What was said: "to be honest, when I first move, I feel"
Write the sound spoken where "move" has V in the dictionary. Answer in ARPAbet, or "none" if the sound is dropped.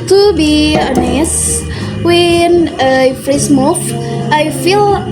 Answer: F